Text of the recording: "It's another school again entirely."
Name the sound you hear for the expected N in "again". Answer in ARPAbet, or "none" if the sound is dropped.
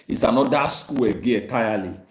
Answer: none